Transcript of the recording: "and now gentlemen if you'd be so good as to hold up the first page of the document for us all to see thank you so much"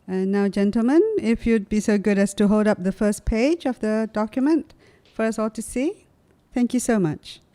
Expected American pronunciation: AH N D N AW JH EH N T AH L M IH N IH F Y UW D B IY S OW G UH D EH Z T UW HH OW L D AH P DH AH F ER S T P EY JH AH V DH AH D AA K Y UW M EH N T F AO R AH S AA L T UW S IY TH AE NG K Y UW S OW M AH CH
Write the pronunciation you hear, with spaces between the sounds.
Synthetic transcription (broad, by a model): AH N N AW JH EH N T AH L M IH N IH F Y UW D B IY S OW G UH D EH S T UW HH OW L D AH P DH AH F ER S P EY JH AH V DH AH D AA K Y UW M EH N T F AO R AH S AA L T UW S IY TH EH NG K Y UW S OW M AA CH